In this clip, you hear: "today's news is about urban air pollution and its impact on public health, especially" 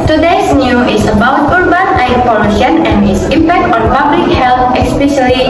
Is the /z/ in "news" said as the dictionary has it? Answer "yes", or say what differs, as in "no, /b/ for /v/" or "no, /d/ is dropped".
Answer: no, /z/ is dropped